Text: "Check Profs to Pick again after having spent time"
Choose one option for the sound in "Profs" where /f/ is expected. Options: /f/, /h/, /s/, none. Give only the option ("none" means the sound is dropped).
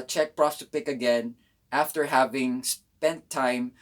none